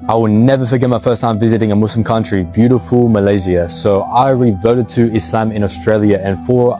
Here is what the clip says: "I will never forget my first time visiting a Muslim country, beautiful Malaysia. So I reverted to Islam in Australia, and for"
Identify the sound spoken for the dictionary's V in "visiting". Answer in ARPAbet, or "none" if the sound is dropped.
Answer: V